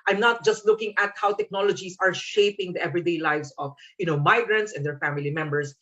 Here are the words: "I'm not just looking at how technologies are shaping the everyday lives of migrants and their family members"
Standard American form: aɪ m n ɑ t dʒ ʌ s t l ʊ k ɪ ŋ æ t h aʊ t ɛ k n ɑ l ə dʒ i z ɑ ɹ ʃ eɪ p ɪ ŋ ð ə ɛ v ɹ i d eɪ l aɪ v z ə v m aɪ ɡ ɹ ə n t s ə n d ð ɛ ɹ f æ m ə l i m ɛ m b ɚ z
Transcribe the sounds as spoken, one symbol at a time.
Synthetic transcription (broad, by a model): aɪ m n ɑ t dʒ ʌ s t l ʊ k ɪ ŋ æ t h aʊ t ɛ k n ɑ l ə dʒ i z ɑ ɹ ʃ eɪ p ɪ ŋ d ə ɛ v ɹ i d eɪ l aɪ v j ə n m aɪ ɡ ɹ ə n t s ə n d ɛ ɹ f æ m ə l i m ɛ m b ɚ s